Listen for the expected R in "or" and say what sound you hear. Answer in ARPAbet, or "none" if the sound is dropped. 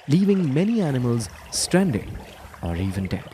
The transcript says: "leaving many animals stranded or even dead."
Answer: R